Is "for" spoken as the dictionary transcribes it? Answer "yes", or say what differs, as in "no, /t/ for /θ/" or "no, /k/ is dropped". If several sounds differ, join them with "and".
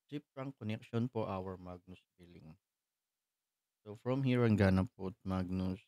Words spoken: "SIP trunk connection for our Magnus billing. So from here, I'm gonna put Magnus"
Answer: no, /p/ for /f/